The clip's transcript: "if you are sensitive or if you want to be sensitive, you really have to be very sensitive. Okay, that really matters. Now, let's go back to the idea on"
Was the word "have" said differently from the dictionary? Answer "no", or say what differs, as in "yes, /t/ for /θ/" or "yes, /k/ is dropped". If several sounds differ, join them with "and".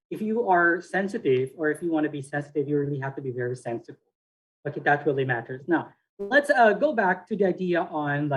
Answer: yes, /f/ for /v/